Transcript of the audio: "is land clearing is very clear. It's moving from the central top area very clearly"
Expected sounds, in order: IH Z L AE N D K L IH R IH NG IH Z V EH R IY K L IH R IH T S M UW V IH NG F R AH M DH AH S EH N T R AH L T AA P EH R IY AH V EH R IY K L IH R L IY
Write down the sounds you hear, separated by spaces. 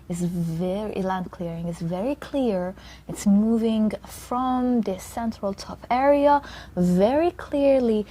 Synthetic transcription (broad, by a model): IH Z L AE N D K L IH R IH NG IH Z V EH R IY K L IH R IH T S M UW V IH NG F R AH M DH AH S EH N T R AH L T AA P EH R IY AH V EH R IY K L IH R L IY